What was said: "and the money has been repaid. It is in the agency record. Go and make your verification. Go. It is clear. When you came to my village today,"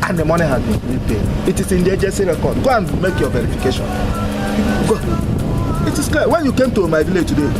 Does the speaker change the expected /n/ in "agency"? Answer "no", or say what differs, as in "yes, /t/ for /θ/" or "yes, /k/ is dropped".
yes, /n/ is dropped